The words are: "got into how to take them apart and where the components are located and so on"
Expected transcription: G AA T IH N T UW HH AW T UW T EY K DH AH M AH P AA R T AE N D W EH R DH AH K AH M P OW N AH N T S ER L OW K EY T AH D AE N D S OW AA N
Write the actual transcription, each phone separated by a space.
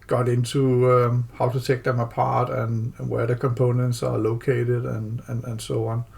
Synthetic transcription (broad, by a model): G AA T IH N S UW HH AW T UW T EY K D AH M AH P AA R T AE N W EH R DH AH K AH M P OW N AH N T S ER L OW K EY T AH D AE N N S OW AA N